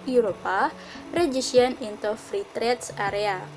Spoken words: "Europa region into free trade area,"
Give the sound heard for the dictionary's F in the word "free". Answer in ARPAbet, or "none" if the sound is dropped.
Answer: F